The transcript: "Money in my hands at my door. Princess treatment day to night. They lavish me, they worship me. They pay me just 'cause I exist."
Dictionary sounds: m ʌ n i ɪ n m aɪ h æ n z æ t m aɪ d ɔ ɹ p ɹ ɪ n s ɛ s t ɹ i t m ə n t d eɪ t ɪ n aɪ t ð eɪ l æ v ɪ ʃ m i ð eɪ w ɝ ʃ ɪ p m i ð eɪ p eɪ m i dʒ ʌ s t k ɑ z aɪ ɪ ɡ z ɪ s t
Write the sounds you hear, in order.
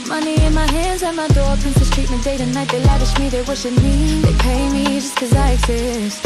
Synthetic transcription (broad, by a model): m ʌ n i ɪ n m aɪ h æ n z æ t m aɪ d ɔ ɹ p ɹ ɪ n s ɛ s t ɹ i t m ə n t d eɪ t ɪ n aɪ t ð eɪ l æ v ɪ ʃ m i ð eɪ w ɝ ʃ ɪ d m i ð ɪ p eɪ m i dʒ ʌ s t k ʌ z aɪ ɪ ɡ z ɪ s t